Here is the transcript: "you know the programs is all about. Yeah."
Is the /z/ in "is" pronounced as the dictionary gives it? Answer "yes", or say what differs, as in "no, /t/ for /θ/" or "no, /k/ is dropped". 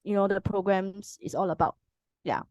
no, /s/ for /z/